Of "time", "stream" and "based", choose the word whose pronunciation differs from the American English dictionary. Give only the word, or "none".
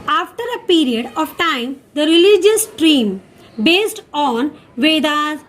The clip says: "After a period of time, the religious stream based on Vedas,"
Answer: none